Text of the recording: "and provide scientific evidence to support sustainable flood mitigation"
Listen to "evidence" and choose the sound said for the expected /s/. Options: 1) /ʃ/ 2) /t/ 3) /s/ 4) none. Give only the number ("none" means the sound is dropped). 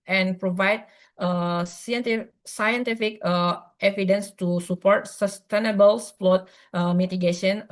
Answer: 3